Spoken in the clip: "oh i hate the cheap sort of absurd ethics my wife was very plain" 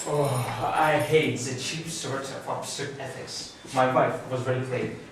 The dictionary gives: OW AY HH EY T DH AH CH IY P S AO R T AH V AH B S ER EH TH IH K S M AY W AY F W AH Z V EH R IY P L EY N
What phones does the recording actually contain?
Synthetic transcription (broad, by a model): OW AY HH EY T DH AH CH IY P S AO R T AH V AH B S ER EH TH IH K S M AY W AY F W AH Z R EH L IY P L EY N